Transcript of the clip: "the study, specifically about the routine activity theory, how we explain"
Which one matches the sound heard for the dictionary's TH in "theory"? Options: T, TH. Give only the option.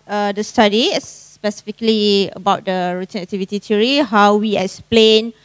T